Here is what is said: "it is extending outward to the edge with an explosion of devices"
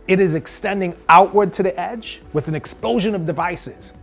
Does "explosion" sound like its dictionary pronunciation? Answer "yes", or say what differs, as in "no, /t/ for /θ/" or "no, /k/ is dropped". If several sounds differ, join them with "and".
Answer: yes